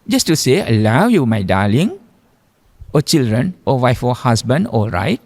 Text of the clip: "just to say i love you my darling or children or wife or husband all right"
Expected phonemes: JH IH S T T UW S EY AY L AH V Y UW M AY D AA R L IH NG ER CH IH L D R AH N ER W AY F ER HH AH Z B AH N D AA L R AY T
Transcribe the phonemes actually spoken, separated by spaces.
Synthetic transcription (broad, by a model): JH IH S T T UW S EY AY L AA W Y UW M AY D AA L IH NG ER CH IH L D R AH N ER W AY F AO HH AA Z B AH N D AA L R AY T